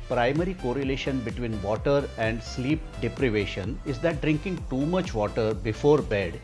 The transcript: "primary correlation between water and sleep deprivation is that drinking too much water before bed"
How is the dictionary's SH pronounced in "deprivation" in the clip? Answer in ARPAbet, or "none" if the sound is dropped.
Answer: SH